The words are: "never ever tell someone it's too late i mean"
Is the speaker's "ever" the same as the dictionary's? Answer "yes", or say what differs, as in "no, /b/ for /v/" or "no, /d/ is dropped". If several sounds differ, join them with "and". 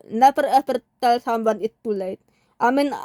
no, /f/ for /v/